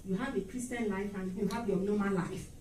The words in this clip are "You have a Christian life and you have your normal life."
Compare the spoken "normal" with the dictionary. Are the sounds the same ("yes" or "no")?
no